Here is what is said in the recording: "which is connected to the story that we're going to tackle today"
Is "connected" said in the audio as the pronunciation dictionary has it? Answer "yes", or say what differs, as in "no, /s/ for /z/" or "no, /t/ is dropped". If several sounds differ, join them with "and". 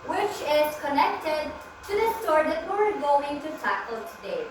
yes